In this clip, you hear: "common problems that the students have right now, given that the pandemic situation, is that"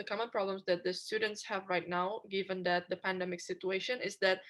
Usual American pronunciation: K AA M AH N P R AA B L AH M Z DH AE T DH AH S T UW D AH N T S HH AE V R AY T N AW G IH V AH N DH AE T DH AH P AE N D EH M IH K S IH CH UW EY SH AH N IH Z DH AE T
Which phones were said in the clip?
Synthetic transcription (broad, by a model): K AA M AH N P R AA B L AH M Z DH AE T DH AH S T UW D AH N T S HH AE V R AY T N AW G IH V AH N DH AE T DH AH P AE N D EH M IH K S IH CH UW EY SH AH N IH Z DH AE T